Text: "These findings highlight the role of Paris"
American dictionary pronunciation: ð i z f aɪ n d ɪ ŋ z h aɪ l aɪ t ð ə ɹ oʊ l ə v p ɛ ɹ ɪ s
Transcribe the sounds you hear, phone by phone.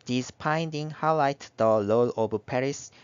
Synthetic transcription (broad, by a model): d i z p aɪ n d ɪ ŋ h aɪ l aɪ t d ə l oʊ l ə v p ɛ ɹ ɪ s